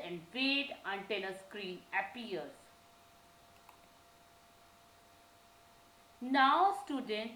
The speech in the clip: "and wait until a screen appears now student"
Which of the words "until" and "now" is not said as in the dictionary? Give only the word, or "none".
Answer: until